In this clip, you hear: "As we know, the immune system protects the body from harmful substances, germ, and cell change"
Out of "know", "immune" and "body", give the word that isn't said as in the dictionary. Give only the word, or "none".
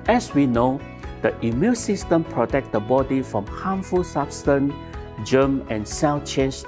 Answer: immune